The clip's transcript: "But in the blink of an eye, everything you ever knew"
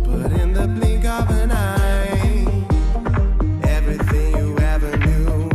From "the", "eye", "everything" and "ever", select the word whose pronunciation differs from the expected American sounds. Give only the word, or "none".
none